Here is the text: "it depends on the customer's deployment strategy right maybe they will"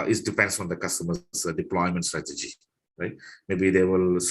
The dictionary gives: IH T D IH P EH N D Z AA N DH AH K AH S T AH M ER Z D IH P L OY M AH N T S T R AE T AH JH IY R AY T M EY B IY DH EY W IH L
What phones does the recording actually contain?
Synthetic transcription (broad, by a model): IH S D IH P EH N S AA N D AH K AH S T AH M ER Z D IH P L OY M AH N T S T R AE T AH JH IY R AY T M EY B IY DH EY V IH L